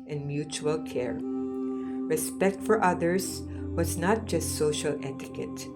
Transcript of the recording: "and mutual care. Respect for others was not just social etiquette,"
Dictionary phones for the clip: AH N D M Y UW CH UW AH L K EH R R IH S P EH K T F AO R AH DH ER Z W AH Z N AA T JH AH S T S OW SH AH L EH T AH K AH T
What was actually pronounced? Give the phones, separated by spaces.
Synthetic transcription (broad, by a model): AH N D M Y UW CH UW AH L K EH R R IH S P EH K T F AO R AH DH ER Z W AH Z N AA T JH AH S T S OW SH AH L EH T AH K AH T